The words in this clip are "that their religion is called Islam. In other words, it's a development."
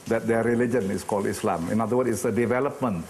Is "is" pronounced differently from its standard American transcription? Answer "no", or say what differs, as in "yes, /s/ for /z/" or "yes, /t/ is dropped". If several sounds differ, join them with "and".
yes, /s/ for /z/